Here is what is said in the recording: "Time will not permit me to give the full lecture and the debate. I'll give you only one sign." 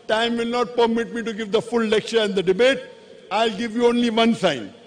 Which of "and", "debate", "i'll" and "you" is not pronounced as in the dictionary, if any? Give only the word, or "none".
none